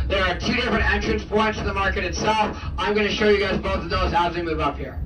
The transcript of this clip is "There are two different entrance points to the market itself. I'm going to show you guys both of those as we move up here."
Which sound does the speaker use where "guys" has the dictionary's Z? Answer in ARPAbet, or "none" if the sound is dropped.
Z